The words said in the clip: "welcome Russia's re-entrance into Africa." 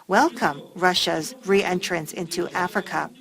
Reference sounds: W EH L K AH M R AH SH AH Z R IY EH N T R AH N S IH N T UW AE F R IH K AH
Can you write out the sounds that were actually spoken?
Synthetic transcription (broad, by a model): W EH L K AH M R AH SH AH Z R IY EH N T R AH N S IH N T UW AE F R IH K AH